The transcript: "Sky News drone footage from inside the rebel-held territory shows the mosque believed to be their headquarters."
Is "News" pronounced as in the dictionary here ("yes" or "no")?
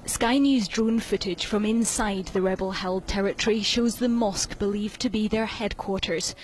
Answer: yes